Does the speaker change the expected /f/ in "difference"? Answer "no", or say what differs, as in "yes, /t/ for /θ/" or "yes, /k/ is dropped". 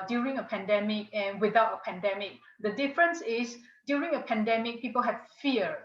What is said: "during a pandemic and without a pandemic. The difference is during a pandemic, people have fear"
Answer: no